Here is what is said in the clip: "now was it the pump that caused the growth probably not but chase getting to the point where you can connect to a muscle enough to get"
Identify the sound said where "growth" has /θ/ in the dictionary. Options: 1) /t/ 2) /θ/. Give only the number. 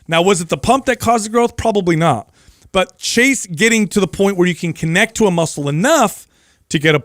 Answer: 2